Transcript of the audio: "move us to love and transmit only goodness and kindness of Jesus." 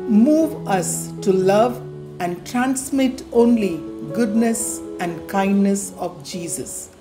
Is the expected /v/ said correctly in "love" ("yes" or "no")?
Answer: yes